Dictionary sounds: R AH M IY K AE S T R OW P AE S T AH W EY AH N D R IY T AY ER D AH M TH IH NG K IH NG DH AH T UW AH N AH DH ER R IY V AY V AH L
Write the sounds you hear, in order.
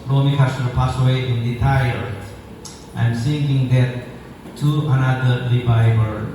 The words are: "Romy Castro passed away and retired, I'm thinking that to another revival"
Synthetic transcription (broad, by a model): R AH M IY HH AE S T OW P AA S AH W EY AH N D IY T AY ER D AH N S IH NG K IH NG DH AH T UW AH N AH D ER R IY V AY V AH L